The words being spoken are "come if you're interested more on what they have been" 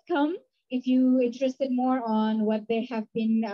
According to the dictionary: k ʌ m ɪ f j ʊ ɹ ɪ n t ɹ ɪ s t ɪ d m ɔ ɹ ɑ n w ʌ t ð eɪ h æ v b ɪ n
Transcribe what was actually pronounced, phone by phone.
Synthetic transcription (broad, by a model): k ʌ m ɪ f j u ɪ n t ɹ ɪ s t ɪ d m ɔ ɹ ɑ n w ʌ t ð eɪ h æ v b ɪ n